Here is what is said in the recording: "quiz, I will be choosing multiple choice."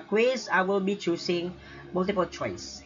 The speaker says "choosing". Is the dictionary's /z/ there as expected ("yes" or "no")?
no